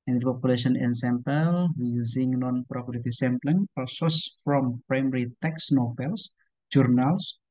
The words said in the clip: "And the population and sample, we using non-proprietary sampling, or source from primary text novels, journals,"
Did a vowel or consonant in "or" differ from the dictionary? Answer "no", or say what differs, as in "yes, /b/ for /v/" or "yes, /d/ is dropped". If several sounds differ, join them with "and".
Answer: yes, /l/ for /ɹ/